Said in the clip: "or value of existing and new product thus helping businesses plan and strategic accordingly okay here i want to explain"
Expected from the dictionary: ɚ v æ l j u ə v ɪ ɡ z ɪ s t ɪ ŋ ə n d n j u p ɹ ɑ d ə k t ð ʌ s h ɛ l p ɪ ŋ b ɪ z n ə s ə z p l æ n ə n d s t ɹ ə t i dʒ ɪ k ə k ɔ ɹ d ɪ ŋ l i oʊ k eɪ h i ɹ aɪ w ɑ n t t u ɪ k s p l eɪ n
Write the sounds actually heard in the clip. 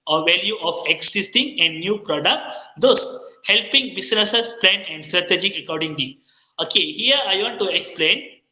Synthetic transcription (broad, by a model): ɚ v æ l j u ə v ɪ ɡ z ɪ s t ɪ ŋ ə n d n j u p ɹ ɑ d ə k t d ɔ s h ɛ l p ɪ ŋ b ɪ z n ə s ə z p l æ n ə n d s t ɹ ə t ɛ dʒ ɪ ə k ɔ ɹ d ɪ ŋ l i oʊ k eɪ h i ɹ aɪ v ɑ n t t u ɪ k s p l eɪ n